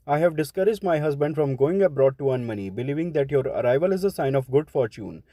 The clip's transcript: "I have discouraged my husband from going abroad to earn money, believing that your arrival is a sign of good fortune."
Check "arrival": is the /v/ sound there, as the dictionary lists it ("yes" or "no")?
yes